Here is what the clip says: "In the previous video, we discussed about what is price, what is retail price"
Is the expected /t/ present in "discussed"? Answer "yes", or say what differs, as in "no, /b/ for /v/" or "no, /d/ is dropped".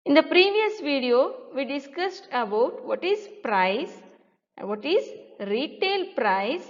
yes